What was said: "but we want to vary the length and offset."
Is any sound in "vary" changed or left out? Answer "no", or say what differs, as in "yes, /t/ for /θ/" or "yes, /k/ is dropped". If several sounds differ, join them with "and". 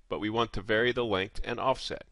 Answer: no